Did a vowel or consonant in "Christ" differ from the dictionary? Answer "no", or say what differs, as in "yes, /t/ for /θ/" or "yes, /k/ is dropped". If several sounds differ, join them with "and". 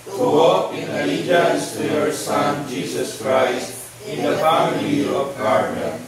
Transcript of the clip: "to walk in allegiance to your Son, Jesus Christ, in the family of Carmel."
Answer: no